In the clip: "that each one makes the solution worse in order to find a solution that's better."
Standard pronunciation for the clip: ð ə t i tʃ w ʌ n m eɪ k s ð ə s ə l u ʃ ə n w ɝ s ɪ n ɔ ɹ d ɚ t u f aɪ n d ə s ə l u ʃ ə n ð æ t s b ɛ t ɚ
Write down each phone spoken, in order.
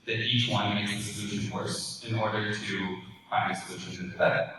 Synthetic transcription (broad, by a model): ð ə t i tʃ w ʌ n m eɪ k s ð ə s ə l u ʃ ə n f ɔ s ɪ n ɔ ɹ d ɚ t u p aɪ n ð ə s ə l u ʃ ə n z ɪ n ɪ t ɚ